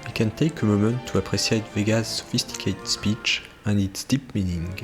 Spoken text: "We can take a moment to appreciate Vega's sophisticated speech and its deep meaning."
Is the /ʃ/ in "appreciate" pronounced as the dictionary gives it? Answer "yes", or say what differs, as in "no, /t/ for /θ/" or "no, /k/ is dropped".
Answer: no, /s/ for /ʃ/